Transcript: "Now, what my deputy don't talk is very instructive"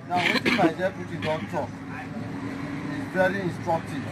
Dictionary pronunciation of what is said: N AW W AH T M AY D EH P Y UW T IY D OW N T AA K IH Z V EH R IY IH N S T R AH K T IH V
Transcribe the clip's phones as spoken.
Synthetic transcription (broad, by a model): N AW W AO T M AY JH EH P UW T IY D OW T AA IH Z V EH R IY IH N S T R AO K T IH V